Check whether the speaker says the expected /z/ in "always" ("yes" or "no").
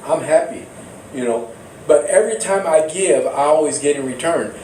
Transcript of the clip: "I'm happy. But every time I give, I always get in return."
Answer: yes